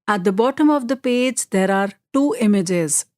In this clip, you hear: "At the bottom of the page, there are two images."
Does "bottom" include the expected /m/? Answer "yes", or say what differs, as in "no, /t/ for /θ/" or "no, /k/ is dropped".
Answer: yes